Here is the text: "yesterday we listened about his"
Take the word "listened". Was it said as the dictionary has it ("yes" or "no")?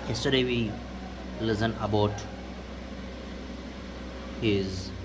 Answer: no